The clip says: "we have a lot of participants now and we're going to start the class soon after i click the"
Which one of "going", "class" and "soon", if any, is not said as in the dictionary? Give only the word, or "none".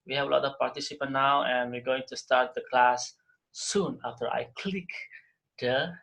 none